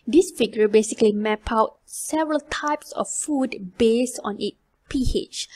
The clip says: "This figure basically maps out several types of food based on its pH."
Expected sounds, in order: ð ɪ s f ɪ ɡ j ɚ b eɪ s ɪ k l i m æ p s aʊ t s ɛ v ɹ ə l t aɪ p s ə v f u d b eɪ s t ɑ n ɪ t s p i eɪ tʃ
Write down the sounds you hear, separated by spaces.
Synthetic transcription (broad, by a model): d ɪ s f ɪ ɡ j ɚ b eɪ s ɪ k l i m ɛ p aʊ t s ɛ v ɹ ə l t aɪ p s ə f f u d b eɪ s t ɑ n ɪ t p i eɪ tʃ